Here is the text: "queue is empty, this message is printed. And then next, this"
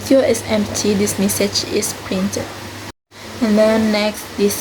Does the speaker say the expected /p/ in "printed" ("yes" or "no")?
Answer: yes